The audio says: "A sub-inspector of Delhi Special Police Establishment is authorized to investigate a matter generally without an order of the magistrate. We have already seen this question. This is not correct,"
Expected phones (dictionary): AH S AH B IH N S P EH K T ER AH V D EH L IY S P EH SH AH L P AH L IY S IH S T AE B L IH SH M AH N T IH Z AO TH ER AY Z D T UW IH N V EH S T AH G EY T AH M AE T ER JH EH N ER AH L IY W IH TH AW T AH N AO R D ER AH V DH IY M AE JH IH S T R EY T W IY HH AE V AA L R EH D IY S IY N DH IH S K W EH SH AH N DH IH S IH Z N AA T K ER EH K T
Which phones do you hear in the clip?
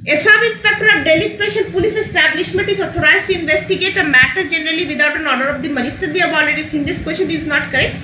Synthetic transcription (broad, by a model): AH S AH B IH S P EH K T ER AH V D EH L IY S P EH SH AH L P AH L IY S IH S T AE B L IH SH M AH N T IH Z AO T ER AY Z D T UW IH N V EH S T AH G EY T AH M AE T ER JH EH N ER AH L IY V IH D AW T AH N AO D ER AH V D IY M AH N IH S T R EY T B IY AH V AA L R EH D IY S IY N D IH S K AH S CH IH IH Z N AA T K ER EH K T